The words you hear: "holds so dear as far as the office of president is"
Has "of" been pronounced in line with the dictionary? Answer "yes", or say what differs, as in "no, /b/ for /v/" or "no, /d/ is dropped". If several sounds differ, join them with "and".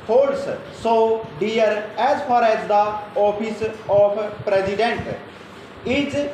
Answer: no, /p/ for /v/